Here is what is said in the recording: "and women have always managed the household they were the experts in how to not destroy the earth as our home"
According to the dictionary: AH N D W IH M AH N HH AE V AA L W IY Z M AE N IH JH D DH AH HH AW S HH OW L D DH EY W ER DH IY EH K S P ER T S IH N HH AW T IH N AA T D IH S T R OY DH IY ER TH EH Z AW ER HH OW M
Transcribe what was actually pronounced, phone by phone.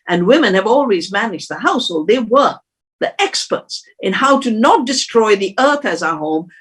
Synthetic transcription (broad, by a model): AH N W IH M AH N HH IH V AA L W IY Z M AE N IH JH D DH AH HH AW S HH OW L D DH EY W ER DH IY EH K S P ER T S IH N HH AW T IH N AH T D IH S T R OY DH IY ER TH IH Z AW ER HH OW M